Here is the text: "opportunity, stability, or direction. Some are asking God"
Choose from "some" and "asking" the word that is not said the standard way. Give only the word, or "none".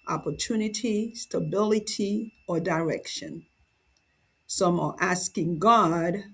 none